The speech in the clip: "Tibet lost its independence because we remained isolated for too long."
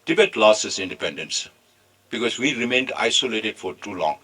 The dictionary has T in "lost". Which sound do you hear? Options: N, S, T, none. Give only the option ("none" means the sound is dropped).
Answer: none